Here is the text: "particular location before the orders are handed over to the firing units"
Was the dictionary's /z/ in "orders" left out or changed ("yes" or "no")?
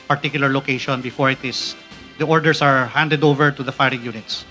yes